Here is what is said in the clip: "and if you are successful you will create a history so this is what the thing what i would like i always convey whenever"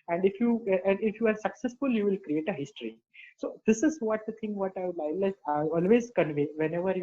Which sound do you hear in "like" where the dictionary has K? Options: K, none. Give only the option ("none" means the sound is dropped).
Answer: none